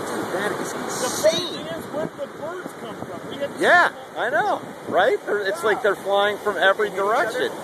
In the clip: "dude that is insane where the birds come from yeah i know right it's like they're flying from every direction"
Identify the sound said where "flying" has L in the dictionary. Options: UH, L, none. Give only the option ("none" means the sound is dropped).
L